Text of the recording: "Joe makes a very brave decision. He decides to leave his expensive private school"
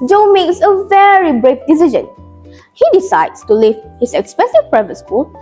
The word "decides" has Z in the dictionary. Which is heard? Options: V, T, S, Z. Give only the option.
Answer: S